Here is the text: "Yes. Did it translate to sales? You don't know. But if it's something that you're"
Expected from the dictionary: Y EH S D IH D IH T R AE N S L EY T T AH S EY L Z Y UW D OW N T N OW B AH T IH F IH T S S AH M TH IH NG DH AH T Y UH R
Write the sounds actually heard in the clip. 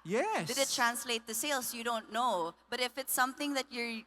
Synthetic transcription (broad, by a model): Y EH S D IH D IH T R AE N S L EY T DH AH S EY L S Y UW D OW N T N OW B AH T IH F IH T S S AH M TH IH NG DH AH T Y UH R